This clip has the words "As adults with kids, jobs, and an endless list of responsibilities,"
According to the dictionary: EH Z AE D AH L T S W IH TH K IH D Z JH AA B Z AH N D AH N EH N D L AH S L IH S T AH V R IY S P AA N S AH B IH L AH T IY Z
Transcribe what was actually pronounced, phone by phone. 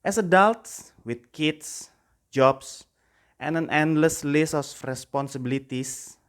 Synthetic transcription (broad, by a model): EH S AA D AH L T S W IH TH K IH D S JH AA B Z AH N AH N EH N D L AH S L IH S AH F R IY S P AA N S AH B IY L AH T IY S